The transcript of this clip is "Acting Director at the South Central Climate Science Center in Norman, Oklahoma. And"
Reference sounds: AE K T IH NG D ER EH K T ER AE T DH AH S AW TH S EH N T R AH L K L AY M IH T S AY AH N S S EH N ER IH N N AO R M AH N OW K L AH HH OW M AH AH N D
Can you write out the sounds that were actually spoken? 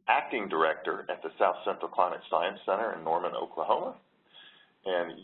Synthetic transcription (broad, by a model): AE K T IH NG D ER EH K T ER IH T DH AH S AW TH S EH N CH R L K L AY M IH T S AY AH N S S EH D ER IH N N AO R M AH N OW K L AH HH OW M AH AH N